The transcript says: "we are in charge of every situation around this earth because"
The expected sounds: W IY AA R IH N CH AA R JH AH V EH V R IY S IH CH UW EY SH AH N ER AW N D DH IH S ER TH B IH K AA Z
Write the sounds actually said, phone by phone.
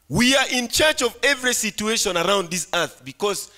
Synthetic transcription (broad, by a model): W IY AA R IH N CH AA R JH AH V EH V R IY S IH CH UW EY SH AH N ER AW N D DH IH S ER TH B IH K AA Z